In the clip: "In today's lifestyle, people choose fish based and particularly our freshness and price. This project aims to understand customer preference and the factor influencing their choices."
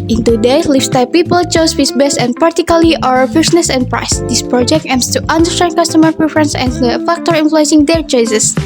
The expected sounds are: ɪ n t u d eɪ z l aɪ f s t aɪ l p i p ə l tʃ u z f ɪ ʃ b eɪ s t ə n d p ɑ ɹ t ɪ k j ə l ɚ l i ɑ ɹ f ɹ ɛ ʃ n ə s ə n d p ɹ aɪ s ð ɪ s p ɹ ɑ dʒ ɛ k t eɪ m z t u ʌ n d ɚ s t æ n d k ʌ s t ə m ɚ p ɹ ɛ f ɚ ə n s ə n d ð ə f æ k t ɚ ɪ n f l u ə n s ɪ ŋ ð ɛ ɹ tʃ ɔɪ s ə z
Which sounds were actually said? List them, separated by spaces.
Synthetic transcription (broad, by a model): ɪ n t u d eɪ l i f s t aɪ p i p ə l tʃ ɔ s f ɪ s b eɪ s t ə n p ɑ ɹ t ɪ k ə l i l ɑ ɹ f i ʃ n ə s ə n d p ɹ aɪ s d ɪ s p ɹ ɑ dʒ ɛ k t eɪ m s t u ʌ n d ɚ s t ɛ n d k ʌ s t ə m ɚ p ɹ ɛ f ɚ ə n s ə n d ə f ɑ k t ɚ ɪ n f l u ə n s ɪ ŋ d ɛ ɹ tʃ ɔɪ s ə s